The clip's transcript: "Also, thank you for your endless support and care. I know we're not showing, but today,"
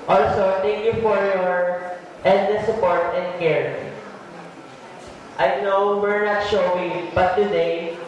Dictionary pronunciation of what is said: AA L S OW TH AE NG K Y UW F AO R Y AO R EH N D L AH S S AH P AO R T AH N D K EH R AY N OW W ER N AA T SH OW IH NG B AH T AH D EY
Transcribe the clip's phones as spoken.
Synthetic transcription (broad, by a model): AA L S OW T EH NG K Y UW F AO R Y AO R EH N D AH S S AH P AO R T AH N D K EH R AY N OW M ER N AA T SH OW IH B AH T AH D EY